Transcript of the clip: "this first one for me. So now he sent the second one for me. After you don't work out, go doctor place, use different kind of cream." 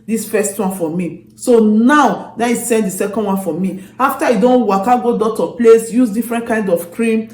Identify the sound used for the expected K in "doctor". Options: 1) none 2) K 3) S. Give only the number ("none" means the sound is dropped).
1